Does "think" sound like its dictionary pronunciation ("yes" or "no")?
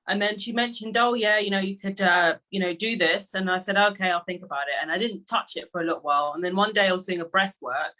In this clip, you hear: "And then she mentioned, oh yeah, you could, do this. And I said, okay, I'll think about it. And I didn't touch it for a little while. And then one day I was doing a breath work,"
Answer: yes